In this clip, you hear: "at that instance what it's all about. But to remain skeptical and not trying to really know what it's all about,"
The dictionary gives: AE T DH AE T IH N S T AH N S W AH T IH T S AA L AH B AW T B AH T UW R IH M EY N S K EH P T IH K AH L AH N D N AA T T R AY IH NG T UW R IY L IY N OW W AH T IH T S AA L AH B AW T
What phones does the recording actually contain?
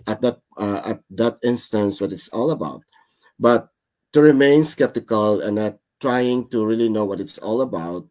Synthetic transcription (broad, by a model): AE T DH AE T IH N S T AH N S W AH T IH T S AA L AH B AW T B AH T UW R IH M EY N S K EH P T IH K AH L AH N N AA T T R AY IH NG T UW R IY L IY N OW W AH T IH T S AA L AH B AW T